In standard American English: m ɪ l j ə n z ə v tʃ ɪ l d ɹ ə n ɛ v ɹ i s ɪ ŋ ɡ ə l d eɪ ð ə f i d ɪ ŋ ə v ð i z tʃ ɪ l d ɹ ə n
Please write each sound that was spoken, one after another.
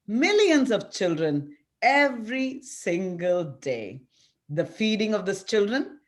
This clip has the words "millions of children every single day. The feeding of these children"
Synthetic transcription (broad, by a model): m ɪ l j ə n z ə v tʃ ɪ l d ɹ ə n ɛ v ɹ i s ɪ ŋ ɡ ə l d eɪ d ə f i d ɪ ŋ ə v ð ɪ s tʃ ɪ l d ɹ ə n